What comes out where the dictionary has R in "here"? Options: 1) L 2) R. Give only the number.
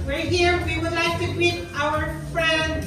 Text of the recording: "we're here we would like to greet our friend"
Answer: 2